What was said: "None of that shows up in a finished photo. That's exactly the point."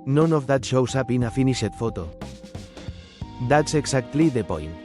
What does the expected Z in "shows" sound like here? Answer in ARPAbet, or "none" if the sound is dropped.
S